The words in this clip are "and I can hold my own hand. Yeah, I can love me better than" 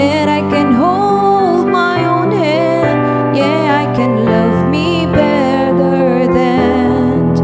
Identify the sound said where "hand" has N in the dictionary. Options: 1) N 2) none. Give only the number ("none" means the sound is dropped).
2